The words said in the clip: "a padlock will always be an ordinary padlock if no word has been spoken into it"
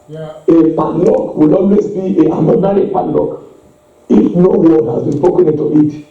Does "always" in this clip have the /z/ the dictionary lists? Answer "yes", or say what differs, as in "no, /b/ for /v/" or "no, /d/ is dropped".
no, /s/ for /z/